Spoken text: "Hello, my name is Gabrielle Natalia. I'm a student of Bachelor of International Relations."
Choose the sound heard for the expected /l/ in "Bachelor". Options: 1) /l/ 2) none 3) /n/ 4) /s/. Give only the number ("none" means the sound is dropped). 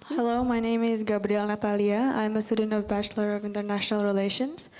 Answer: 1